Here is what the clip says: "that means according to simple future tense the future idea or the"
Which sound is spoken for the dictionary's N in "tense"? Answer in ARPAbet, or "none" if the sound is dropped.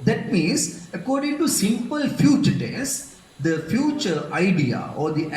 none